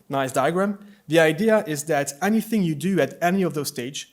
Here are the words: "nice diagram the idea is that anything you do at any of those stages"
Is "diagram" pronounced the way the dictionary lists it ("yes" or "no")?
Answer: yes